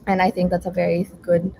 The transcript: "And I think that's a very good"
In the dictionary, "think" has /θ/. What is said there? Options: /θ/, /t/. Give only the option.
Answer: /θ/